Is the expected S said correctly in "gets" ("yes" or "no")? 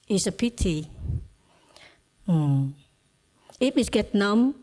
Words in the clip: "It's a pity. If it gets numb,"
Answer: no